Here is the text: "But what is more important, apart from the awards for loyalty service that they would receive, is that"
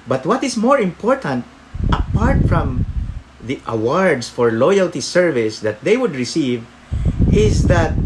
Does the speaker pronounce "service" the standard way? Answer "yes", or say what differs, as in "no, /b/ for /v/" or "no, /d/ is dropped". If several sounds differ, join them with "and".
yes